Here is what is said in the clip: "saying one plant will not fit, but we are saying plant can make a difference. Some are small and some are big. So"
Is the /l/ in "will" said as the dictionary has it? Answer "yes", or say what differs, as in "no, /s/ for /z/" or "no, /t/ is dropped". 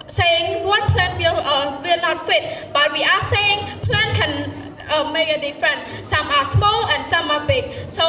no, /w/ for /l/